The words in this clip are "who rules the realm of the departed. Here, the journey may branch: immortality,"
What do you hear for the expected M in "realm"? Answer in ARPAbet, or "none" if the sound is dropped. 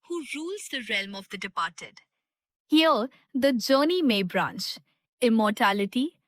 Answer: M